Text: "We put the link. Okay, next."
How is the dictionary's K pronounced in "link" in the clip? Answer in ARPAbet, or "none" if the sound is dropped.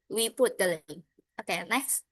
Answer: none